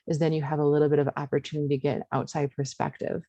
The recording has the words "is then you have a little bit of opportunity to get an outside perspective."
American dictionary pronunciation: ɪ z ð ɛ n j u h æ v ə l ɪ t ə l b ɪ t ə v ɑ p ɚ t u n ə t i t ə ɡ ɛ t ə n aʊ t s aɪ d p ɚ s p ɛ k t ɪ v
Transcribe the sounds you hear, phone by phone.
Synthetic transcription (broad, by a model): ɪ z ð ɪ n j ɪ v ə l ɪ t l b ɪ t ə v ɑ p ɚ t u n ə t i ɡ ɛ t ə n aʊ t s aɪ d p ɚ s p ɛ k t ɪ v